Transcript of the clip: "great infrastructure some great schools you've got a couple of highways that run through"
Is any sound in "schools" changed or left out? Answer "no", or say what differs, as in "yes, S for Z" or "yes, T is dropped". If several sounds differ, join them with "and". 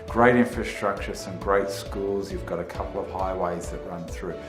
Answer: no